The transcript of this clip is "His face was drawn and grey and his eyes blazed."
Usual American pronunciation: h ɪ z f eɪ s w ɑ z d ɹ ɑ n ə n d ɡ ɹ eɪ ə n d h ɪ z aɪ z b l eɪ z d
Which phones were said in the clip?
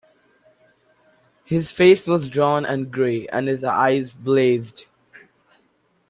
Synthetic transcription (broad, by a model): h ɪ z f eɪ s w ɑ z d ɹ ɑ n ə n ɡ ɹ eɪ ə n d h ɪ z aɪ z b l eɪ z d